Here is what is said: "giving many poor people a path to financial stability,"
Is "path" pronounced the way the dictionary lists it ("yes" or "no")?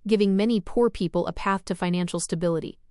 yes